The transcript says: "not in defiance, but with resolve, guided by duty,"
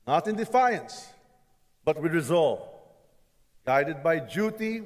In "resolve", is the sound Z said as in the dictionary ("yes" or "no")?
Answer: yes